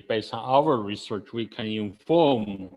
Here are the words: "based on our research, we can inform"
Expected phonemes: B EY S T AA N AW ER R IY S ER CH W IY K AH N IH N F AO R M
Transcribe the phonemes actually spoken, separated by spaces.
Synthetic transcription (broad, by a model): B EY S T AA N AW ER R IY S ER CH W IY K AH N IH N F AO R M